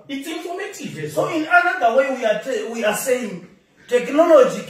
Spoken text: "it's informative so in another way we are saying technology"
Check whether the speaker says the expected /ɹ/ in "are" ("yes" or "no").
no